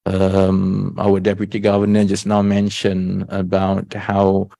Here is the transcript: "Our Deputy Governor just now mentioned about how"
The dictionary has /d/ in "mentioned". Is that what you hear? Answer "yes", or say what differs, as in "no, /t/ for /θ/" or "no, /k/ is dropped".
no, /d/ is dropped